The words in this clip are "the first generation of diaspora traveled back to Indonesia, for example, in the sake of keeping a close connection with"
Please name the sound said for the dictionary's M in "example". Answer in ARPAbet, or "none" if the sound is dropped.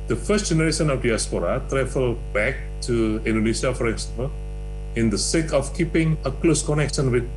none